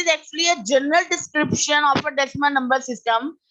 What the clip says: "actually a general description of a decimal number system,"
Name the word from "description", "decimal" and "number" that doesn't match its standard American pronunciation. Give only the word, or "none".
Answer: decimal